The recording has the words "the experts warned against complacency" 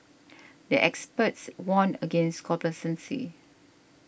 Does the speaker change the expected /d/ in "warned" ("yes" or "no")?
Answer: yes